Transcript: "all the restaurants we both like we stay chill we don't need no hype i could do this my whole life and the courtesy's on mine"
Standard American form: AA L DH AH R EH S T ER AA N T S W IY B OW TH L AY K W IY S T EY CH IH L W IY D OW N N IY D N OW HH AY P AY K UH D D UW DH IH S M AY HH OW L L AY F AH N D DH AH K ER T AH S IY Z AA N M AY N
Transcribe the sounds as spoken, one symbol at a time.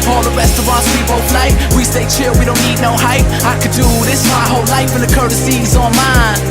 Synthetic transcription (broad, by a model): AA L DH AH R EH S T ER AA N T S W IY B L F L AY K W IY S T EY CH IH L W IY D OW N N IY D N OW HH AY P AY K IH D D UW DH IH S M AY HH OW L L AY F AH N DH AH K ER T AH S IY Z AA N M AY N